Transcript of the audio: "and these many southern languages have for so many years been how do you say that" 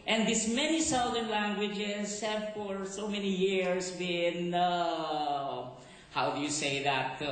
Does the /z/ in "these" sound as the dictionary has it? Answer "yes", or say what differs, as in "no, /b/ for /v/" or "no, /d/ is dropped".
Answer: no, /s/ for /z/